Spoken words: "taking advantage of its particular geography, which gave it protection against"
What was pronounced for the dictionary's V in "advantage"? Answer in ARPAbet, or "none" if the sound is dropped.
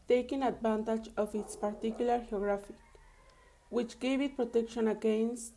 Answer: B